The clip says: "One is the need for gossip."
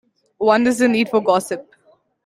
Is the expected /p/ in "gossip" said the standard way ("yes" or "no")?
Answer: yes